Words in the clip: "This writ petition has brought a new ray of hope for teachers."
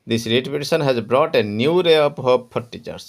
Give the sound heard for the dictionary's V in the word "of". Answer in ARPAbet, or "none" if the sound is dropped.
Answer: P